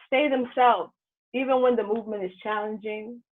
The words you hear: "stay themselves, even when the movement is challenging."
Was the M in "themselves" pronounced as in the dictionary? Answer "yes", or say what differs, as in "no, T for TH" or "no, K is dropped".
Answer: yes